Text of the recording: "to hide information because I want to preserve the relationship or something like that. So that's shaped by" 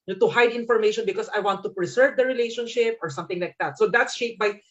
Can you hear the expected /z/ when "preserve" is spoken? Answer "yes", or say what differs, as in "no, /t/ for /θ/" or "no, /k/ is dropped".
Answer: no, /s/ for /z/